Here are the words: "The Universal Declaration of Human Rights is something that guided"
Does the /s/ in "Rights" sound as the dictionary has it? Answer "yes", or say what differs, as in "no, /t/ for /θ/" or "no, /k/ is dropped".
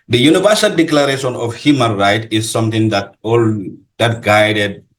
no, /s/ is dropped